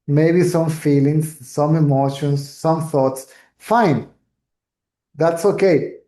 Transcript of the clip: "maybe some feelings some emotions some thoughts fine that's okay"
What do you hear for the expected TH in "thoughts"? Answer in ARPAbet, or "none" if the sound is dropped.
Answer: TH